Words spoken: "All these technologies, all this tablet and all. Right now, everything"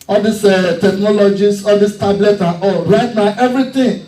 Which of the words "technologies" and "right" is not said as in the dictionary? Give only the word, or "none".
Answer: technologies